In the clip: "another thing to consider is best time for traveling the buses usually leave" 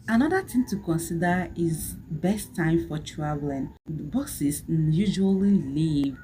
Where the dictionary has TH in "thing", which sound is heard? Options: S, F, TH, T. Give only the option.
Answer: T